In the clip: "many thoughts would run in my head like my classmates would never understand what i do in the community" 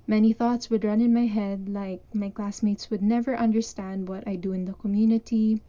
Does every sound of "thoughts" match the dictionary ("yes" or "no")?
yes